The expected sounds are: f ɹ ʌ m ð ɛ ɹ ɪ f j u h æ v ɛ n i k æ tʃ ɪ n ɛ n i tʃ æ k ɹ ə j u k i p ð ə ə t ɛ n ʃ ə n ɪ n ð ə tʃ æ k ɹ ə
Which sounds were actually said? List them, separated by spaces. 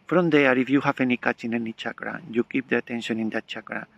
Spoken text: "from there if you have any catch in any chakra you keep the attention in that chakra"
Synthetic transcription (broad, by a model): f ɹ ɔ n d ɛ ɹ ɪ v j u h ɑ f ɛ n i k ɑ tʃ ɪ n ɛ n i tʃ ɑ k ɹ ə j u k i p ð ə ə t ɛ n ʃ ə n ɪ n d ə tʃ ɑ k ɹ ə